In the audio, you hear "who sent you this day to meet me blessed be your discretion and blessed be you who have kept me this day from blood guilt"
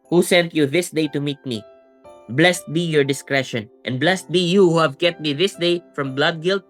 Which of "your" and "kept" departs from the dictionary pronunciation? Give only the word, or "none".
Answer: kept